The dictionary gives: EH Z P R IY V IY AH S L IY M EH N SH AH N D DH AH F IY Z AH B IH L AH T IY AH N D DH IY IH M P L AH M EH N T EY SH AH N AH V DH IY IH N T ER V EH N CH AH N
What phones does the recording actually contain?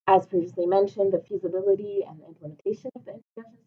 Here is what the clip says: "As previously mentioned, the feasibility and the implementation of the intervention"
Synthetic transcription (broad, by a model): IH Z P R IY V IY AH S L IY M EH N SH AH N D DH AH F IY Z AH B IH L AH T IY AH N DH IY IH M P L AH M EH N T EY SH AH N AH V DH IY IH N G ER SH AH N